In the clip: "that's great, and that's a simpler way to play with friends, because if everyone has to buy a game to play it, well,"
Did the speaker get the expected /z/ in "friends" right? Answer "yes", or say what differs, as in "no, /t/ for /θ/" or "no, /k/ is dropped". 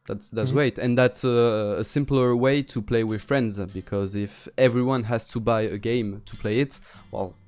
yes